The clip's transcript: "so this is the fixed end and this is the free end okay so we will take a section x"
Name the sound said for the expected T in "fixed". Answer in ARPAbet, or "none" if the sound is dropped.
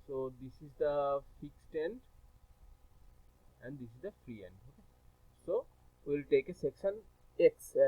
T